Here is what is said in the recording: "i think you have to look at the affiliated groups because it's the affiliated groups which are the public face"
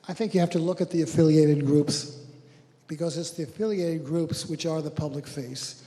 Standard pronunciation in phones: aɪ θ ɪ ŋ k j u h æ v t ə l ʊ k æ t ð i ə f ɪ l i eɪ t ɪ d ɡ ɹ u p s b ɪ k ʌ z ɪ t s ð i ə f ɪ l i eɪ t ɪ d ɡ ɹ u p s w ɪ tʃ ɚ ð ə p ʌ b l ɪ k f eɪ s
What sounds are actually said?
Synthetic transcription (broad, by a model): aɪ θ ɪ ŋ k j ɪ h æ f t ə l ʊ k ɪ t ð i ə f ɪ l i eɪ t ɪ d ɡ ɹ u p s b ɪ k ʌ z ɪ t s ð i ə f ɪ l i eɪ t ɪ d ɡ ɹ u p s w ɪ tʃ ɚ ð ə p ʌ b l ɪ k f eɪ s